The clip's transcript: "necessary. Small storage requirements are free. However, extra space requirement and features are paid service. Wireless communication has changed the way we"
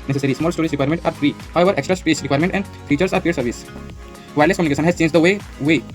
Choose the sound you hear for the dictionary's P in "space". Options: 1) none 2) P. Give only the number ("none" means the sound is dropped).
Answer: 1